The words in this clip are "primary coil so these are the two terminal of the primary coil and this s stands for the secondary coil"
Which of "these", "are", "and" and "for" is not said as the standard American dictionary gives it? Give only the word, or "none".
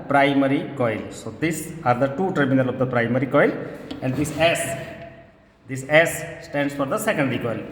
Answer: these